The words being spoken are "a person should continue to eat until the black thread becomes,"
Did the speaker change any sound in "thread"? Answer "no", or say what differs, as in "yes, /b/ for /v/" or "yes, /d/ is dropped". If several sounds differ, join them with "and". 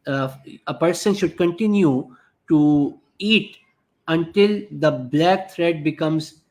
yes, /t/ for /θ/